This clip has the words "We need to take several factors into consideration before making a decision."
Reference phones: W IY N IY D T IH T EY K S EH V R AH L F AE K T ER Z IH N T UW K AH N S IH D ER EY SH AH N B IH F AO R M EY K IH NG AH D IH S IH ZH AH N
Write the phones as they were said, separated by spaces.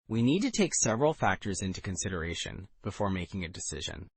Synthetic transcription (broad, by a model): W IY N IY D T IH T EY K S EH V R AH L F AE K T ER Z IH N T UW K AH N S IH D ER EY SH AH N B IH F AO R M EY K IH NG AH D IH S IH ZH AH N